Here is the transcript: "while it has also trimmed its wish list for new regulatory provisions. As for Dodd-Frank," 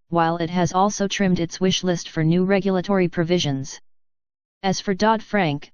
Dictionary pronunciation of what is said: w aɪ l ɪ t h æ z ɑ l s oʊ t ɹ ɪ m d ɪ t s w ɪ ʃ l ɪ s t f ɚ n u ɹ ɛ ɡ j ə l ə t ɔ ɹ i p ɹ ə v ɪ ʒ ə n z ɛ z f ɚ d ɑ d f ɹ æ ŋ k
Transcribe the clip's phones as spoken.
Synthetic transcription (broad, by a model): w aɪ l ɪ t h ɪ z ɑ l s oʊ t ɹ ɪ m d ɪ t s w ɪ ʃ l ɪ s t f ɚ n u ɹ ɛ ɡ j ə l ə t ɔ ɹ i p ɹ ə v ɪ ʒ ə n z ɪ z f ɚ d ɑ d f ɹ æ ŋ k